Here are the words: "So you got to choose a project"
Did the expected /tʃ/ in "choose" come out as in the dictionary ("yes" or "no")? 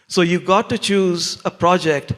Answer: yes